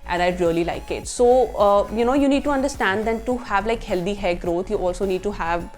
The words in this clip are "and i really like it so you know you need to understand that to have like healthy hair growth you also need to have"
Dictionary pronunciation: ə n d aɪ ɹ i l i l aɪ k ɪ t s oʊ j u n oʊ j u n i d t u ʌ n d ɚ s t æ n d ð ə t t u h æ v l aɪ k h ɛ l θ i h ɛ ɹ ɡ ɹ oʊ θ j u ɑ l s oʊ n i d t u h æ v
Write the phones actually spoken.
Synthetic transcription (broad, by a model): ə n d aɪ ɹ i l i l aɪ k ɪ t s oʊ j u n oʊ j u n i d t u ʌ n d ɚ s t æ n d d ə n t u h æ v l aɪ k h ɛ l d i h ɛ ɡ ɹ oʊ t j u ɑ l s oʊ n i d t u h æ v